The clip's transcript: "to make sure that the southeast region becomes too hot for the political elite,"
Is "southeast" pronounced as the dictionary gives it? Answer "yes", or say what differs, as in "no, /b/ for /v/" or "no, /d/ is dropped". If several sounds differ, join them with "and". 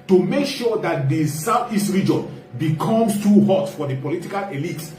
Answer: no, /f/ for /θ/